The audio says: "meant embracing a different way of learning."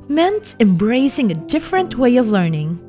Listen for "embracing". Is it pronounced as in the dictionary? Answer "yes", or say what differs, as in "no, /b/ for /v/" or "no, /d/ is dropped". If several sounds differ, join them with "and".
yes